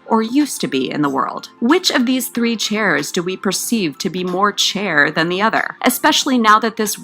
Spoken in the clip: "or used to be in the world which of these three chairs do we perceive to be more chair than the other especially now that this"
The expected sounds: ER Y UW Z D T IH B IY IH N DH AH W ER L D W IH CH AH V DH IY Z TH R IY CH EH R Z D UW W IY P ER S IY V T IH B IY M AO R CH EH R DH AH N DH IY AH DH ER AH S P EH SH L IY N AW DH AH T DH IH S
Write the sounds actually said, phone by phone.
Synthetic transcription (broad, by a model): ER Y UW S T IH B IY IH N DH AH W ER L D W IH CH AH V DH IY Z TH R IY CH EH R Z D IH W IY P ER S IY V T IH B IY M AO R CH EH R DH AH N DH IY AH DH ER AH S P EH SH L IY N AW DH AH T DH IH S